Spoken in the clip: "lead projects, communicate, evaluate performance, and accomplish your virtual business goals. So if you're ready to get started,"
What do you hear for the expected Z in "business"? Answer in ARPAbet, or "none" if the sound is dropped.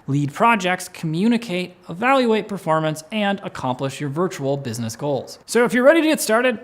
Z